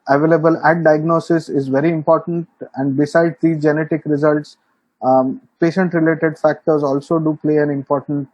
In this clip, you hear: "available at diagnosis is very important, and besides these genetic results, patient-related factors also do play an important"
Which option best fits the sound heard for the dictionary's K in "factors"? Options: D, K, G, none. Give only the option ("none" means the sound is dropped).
K